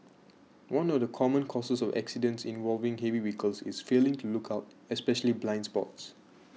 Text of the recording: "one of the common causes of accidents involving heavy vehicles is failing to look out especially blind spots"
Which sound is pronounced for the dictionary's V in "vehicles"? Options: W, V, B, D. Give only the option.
W